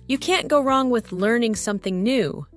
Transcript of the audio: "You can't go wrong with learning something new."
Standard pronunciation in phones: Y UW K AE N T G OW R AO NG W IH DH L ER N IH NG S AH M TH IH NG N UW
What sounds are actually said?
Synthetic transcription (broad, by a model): Y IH K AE N G OW R AO NG W IH DH L ER N IH NG S AH M TH IH NG N UW